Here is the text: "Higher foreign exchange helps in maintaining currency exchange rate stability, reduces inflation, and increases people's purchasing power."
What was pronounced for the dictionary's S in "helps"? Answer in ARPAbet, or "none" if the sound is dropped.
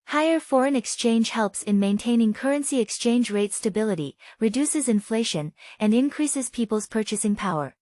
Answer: S